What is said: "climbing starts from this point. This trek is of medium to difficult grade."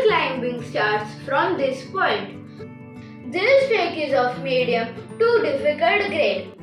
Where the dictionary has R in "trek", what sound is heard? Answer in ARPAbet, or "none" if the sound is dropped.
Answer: none